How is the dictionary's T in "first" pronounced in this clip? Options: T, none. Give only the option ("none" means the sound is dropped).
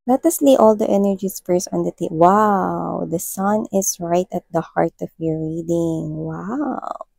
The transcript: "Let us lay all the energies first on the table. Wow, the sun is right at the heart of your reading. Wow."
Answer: none